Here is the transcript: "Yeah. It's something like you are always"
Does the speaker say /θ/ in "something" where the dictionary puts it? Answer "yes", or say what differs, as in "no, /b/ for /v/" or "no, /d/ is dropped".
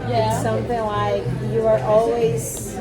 yes